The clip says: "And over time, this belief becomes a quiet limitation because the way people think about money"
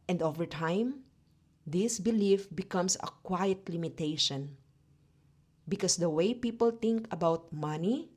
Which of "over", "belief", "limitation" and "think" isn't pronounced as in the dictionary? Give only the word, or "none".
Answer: think